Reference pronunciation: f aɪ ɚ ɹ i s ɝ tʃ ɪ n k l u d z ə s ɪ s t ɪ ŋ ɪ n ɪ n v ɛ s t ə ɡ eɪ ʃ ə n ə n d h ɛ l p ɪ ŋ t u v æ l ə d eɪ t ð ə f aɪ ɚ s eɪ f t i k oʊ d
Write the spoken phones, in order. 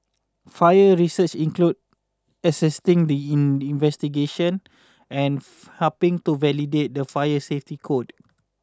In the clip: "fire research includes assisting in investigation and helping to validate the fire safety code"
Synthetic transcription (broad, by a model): f aɪ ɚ ɹ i s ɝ tʃ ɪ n k l u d ə s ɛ s t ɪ ŋ ɪ n ɪ n v ɛ s t ə ɡ eɪ ʃ ə n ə n h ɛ p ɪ ŋ t u v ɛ l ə d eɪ t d ə f aɪ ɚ s eɪ f t i k oʊ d